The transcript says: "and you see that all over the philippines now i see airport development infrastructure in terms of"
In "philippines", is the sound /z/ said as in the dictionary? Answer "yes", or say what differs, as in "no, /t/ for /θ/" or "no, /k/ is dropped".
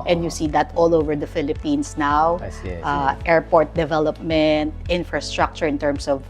no, /s/ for /z/